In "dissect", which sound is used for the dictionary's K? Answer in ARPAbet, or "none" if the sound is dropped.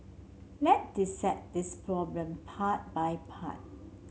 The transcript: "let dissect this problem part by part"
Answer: none